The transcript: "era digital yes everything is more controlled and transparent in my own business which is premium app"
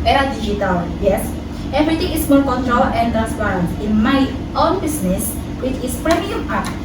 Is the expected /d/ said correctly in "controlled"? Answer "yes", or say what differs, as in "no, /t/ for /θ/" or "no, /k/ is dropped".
no, /d/ is dropped